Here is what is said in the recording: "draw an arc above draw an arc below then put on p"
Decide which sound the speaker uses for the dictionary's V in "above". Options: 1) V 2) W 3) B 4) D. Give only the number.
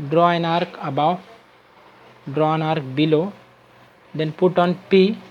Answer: 2